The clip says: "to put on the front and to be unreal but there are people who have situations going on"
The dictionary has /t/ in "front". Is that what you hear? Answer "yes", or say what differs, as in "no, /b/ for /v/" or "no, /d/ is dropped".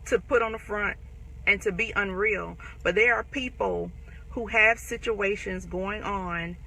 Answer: yes